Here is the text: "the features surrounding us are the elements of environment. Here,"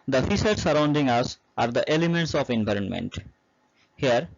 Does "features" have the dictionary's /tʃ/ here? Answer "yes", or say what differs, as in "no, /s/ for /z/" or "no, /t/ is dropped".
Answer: no, /s/ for /tʃ/